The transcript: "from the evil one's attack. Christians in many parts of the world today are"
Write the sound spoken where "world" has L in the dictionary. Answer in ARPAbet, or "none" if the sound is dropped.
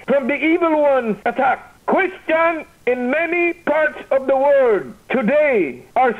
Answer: none